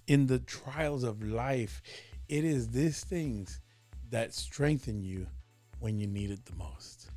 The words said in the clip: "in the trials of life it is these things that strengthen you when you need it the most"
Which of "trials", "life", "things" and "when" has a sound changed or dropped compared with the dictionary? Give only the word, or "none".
none